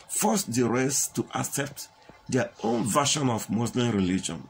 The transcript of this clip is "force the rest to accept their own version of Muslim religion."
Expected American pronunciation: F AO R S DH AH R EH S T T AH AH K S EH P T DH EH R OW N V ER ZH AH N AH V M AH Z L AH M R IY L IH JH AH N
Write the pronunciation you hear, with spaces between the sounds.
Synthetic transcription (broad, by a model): F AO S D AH R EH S T T AH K S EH P T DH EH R OW N V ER SH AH N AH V M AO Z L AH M R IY L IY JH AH N